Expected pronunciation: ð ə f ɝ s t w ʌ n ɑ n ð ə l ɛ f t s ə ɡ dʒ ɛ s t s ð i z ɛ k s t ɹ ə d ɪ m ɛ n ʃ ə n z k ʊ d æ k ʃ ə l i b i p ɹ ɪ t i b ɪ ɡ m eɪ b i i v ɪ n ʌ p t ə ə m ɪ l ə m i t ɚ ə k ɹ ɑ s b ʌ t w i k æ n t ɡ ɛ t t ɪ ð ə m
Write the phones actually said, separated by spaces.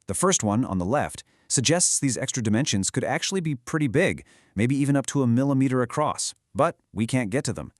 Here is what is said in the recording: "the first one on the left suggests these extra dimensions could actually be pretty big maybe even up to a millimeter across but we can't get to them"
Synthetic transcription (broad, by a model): ð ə f ɝ s t w ʌ n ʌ n ð ə l ɛ f t s ə ɡ dʒ ɛ s t s ð i z ɛ k s t ɹ ə d ɪ m ɛ n ʃ ə n z k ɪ d æ k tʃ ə l i b i p ɹ ɪ t i b ɪ ɡ m eɪ b i i v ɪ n ʌ p t ə ə m ɪ l ə m i t ɚ ə k ɹ ɑ s b ʌ t w i k æ n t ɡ ɛ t t ɪ ð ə m